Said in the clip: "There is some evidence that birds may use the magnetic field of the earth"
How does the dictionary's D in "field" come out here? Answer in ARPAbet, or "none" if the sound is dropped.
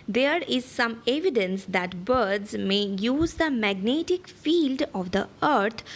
D